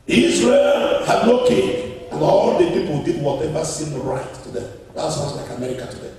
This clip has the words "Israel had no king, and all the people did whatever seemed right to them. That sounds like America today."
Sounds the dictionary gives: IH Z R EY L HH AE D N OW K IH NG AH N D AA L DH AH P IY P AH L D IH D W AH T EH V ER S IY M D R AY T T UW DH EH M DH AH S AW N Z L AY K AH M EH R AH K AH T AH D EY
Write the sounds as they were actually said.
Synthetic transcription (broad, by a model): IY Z R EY L HH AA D N OW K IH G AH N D AA L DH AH P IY P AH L D IH D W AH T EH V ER S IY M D R AY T T UW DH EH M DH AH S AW Z L AY K AH M EH R AH K AH T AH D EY